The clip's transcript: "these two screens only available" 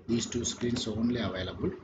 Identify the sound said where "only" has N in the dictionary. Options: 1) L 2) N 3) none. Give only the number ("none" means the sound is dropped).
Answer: 2